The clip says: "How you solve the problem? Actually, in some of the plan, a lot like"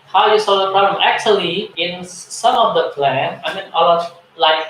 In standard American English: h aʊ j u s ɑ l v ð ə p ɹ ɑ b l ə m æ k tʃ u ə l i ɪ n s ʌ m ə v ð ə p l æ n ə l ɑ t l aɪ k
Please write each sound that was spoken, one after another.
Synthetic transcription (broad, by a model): h aʊ j u s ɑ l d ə p ɹ ɑ b l ə m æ k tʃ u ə l i ɪ n s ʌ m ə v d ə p l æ n ə n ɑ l l aɪ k